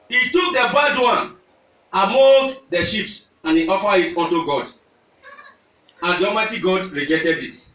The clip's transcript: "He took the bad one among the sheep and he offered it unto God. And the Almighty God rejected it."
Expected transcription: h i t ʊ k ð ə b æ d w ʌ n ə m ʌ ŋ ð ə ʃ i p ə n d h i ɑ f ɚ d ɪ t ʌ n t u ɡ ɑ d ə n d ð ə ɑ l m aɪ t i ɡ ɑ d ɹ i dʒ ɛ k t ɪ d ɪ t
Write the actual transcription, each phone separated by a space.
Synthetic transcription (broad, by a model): h i t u k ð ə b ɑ d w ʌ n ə m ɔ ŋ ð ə ʃ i p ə n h i ɑ f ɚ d ɪ t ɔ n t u ɡ ɑ d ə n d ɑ m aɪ t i ɡ ɑ d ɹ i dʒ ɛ t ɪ d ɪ t